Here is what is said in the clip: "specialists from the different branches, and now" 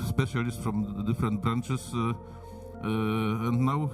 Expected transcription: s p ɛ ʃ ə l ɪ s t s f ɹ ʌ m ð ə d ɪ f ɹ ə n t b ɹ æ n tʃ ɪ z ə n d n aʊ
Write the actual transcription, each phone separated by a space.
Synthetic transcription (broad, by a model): s p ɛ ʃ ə l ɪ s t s f ɹ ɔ m d ɪ f ɹ ə n t b ɹ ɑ n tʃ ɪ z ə n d n aʊ